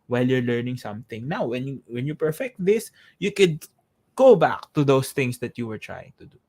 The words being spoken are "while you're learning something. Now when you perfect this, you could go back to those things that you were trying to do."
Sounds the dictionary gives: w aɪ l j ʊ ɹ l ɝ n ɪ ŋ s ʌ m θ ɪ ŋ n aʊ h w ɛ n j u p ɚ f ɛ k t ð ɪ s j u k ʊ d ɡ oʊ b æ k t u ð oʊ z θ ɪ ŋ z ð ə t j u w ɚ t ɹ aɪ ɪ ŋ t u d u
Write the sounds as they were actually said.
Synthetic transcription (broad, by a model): w aɪ l j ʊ ɹ l ɝ n ɪ ŋ s ʌ m θ ɪ ŋ n aʊ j w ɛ n j u p ɚ f ɛ k t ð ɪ s j u k ʊ d ɡ oʊ b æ k t u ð oʊ s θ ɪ ŋ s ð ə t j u w ɚ t ɹ aɪ ɪ ŋ t u d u